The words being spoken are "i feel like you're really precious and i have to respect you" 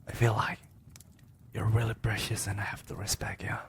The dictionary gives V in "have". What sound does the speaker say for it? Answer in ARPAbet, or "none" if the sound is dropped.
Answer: F